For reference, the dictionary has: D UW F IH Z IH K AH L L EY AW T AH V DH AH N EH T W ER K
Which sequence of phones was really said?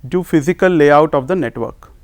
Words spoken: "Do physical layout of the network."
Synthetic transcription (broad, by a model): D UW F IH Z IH K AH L L EY AW T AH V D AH N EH T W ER K